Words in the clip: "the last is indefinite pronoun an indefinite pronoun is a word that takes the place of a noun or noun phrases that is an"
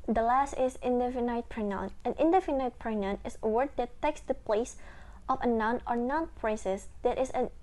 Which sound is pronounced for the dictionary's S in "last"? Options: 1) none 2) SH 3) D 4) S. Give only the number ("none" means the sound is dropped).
4